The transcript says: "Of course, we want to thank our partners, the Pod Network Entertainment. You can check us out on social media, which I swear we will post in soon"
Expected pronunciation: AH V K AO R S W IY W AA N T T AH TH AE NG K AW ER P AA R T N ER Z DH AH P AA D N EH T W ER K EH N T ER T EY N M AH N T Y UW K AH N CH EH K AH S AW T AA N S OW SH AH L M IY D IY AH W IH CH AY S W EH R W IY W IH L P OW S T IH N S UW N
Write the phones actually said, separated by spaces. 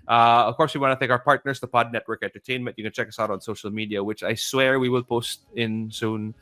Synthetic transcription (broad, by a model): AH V K AO R S W IY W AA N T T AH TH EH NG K AW ER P AA R T N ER S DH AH P AA D N EH T W ER K EH N T ER T EY N M AH N T Y UW K AH N CH EH K AH S AW T AA N S OW SH AH L M IY D IY AH W IH CH AY S W EH R W IY W IH L P OW S T IH N S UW N